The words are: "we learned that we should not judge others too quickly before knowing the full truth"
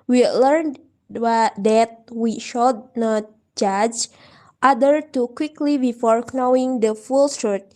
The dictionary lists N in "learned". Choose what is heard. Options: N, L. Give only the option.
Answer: N